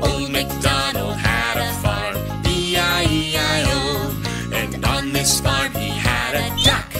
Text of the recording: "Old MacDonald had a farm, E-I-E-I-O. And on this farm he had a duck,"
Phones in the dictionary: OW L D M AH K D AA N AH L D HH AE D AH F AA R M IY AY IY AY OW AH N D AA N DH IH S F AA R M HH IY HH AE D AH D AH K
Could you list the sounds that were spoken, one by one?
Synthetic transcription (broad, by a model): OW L M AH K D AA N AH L HH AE D AH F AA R IY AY IY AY OW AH N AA N DH IH S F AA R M HH IY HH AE D AH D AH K